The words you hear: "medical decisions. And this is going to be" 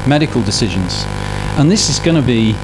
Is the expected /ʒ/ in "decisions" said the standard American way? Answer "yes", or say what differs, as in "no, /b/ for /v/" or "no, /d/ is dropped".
yes